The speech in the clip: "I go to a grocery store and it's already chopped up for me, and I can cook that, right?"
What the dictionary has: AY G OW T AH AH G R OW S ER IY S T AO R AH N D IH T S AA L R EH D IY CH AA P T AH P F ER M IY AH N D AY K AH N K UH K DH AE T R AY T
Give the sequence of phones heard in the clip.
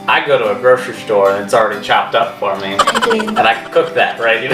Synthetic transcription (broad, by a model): AY G OW T AH AH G R OW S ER S T AO R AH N IH T S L R EH D IY CH AA P T AH P F ER M IY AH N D AY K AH K UH K DH AE T R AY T